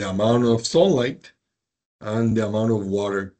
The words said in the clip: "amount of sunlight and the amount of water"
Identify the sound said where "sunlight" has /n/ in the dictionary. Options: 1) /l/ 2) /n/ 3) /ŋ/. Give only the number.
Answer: 1